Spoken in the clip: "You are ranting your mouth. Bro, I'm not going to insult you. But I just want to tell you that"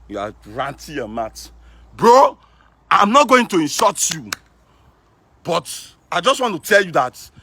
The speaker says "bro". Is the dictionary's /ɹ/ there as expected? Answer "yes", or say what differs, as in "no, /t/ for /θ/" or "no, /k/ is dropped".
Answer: yes